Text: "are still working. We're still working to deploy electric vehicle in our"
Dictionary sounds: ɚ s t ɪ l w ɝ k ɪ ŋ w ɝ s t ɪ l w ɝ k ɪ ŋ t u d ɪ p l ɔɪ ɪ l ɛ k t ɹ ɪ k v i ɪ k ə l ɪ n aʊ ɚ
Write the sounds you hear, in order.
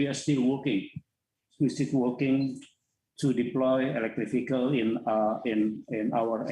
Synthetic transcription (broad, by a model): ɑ s t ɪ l w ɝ k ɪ ŋ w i s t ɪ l w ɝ k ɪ ŋ t u d ɪ p l ɔɪ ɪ l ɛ k t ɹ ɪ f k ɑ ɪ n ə n ɪ n aʊ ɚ